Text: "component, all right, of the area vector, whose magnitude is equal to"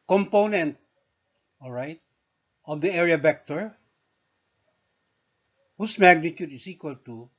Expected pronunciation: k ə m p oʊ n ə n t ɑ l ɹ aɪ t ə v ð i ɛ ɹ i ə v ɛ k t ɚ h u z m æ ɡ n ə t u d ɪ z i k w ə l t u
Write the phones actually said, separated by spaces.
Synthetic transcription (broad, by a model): k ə m p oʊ n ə n t ɑ l ɹ aɪ t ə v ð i ɛ ɹ i ə b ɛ k t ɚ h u s m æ ɡ n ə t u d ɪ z i k w ə l t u